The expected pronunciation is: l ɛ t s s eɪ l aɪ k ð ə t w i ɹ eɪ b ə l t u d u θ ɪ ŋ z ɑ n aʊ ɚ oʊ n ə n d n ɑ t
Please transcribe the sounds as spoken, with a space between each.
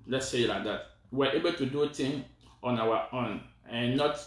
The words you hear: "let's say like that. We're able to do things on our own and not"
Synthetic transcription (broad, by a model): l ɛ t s s eɪ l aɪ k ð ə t w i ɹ eɪ b ə l t u d u t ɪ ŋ ɑ n aʊ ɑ oʊ n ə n n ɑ t